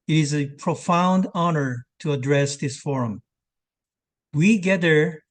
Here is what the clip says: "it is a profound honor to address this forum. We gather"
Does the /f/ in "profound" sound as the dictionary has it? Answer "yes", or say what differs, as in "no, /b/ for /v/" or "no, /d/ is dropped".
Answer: yes